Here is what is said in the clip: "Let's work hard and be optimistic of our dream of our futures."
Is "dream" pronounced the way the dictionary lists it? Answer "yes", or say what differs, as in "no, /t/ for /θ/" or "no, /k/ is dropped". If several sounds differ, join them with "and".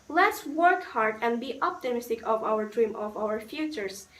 yes